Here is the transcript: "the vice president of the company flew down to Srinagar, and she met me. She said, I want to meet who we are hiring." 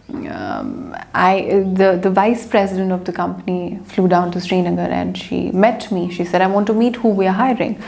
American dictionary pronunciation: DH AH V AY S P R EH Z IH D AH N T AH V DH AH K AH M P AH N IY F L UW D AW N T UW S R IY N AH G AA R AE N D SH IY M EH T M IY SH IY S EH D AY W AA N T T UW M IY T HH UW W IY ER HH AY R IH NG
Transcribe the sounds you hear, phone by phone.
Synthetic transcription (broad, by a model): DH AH V AY S P R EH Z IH D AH N T AH V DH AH K AH M P AH N IY F L UW D AW N T UW S R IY N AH G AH R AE N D SH IY M EH T M IY SH IY S EH D AY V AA N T T UW M IY T HH UW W IY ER HH AY R IH NG